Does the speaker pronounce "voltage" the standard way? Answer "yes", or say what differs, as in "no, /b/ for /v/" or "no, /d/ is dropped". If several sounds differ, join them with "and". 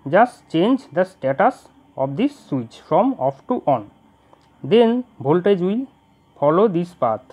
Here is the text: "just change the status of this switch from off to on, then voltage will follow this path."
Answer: no, /b/ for /v/